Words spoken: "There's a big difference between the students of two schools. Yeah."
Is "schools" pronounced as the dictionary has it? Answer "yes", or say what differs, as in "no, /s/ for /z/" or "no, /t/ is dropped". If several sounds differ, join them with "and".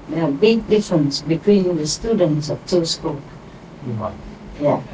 no, /z/ is dropped